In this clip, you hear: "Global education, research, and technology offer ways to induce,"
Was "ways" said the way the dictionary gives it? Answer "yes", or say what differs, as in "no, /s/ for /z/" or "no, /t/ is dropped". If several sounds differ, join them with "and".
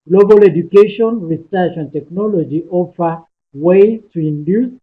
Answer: no, /z/ is dropped